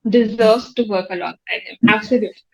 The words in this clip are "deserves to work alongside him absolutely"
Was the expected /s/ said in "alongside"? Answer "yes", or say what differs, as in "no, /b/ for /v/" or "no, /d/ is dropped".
no, /s/ is dropped